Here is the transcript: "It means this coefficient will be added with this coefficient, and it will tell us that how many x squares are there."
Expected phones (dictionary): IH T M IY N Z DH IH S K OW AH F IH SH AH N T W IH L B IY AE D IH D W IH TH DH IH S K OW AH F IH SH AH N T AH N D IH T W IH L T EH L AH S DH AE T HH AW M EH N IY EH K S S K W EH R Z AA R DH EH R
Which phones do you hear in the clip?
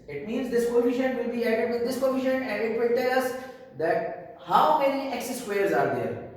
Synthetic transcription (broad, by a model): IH T M IY N Z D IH S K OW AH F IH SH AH N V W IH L B IY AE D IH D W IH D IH S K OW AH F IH SH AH N AH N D IH T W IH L T EH L AH S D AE T HH AW M EH N IY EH K S S W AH R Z AA R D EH R